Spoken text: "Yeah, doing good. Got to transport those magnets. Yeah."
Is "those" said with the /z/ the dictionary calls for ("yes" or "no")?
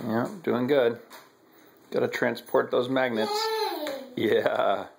yes